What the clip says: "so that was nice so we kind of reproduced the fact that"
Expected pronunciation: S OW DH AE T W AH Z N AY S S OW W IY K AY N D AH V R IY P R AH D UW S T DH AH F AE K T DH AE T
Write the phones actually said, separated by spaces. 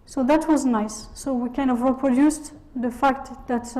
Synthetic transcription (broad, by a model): S OW DH AE T W AH Z N AY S S OW W IY K AY N D AH V R IY P R AH D UW S T DH AH F AE K T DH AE T